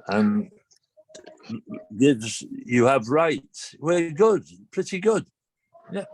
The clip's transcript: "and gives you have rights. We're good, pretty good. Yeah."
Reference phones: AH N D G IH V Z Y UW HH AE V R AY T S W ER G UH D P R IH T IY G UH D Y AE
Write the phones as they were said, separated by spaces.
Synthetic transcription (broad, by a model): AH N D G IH Z Y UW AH V R AY T W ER G UH D P R IH T IY G UH D Y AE